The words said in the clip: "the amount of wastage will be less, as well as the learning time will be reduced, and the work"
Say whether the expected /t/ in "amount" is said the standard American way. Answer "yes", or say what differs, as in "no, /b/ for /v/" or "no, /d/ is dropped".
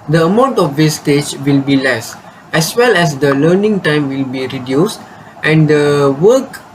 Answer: yes